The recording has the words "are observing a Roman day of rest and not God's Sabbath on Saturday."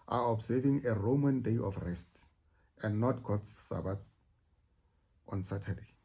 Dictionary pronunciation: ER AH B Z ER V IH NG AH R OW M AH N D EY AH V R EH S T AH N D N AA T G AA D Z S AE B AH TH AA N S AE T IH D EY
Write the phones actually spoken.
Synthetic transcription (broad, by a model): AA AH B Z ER V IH NG AH R OW M AH N D EY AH F R EH S T AH N D N AA T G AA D S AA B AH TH AA N S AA T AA D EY